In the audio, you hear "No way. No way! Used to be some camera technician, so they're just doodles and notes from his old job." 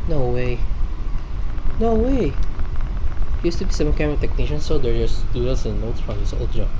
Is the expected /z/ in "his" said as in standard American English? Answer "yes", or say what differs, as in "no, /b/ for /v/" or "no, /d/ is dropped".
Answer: no, /s/ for /z/